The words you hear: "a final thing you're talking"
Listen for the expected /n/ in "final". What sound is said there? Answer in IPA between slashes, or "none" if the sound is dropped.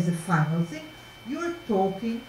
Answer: /n/